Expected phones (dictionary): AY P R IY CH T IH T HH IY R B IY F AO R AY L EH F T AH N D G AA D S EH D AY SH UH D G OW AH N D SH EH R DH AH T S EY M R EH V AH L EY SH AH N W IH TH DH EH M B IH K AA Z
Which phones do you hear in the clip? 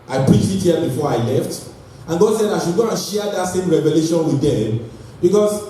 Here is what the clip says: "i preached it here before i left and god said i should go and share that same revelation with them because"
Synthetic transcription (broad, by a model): AY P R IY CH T IH T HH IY B IY F AO R AY L EH F T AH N G AA D S EH D AY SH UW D G OW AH N SH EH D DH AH T S EY M R EH V AH L EY SH AH N W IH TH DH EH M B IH K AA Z